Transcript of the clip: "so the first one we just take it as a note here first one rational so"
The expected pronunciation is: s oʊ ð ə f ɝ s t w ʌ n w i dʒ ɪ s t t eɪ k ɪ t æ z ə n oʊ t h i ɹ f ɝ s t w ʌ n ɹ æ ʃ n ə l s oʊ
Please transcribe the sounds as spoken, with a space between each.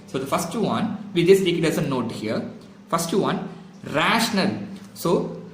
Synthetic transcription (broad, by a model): s oʊ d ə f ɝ s t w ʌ n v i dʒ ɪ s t t eɪ k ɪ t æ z ə n oʊ t h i ɹ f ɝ s t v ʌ n ɹ æ ʃ n ə l s oʊ